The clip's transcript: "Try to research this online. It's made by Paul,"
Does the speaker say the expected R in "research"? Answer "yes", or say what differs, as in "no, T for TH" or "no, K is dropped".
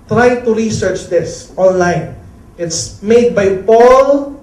yes